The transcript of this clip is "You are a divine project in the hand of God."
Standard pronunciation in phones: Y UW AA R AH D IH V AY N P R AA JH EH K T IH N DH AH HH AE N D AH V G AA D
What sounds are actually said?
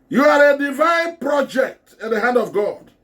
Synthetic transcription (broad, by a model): Y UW AA R AH D IH V AY N P R AA JH EH K T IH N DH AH HH AE N D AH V G AA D